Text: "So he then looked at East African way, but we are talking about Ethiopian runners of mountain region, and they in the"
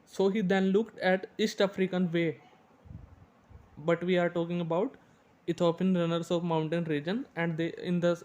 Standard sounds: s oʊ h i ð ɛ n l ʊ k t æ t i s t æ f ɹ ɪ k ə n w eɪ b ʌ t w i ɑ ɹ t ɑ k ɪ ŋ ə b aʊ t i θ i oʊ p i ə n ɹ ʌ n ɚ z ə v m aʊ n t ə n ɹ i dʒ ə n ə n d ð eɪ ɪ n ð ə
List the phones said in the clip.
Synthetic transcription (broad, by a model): s oʊ h i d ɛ n l ʊ k t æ t i s t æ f ɹ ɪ k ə n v eɪ b ʌ t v i ɑ ɹ t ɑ k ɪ ŋ ə b aʊ t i t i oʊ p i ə n ɹ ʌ n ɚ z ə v m aʊ n t ə n ɹ i dʒ ə n ə n d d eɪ ɪ n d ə